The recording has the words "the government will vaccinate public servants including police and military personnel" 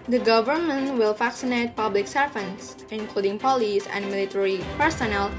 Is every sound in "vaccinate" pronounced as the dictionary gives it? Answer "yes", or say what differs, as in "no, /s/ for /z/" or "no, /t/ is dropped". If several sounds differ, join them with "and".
no, /f/ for /v/